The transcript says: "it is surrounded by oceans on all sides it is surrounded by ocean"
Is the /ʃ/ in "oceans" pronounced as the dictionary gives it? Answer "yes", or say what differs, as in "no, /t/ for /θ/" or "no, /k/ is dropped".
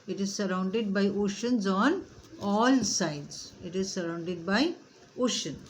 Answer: yes